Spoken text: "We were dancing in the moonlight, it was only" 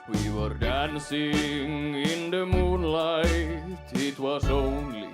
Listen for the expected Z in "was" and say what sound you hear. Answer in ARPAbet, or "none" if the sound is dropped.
S